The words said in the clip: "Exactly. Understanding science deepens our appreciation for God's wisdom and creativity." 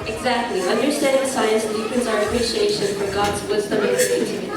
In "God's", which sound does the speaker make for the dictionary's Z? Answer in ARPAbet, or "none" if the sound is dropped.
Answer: Z